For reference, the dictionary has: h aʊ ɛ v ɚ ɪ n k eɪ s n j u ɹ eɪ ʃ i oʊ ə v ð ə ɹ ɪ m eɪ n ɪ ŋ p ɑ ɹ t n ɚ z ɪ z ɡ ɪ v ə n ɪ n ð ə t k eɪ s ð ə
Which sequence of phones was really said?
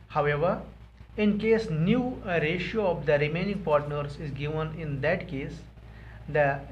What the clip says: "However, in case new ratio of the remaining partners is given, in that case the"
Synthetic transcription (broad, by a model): h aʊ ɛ v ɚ ɪ n k eɪ s n j u ɹ eɪ ʃ i oʊ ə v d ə ɹ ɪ m eɪ n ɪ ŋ p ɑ ɹ t n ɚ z ɪ z ɡ ɪ v ə n ɪ n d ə t k eɪ s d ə